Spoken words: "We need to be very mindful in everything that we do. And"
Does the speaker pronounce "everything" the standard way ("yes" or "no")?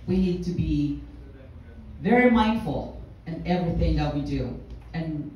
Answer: yes